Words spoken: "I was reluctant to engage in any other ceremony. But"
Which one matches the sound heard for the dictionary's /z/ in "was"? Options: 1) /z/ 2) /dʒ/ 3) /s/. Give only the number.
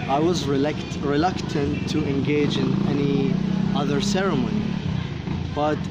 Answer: 1